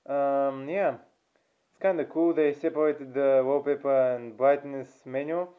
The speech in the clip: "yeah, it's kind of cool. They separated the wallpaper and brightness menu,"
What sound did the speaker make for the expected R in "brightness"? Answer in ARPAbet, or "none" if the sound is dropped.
L